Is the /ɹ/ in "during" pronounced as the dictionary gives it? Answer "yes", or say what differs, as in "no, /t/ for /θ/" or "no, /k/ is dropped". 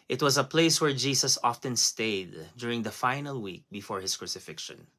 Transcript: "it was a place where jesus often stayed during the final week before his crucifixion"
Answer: yes